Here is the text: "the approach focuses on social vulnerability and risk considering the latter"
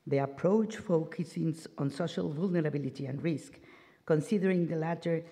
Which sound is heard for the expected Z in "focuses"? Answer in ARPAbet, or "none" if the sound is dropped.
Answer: S